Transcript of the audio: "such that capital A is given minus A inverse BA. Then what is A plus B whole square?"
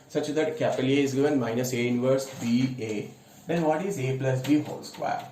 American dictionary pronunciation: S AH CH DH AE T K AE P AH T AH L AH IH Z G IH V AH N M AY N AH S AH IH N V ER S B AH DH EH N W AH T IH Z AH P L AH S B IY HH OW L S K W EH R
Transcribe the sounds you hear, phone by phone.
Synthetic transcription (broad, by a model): S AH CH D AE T K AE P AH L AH AH IH Z G IH V AH N M AY N AH S AH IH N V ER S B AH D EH N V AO T IH Z AH P L AH S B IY HH OW L S K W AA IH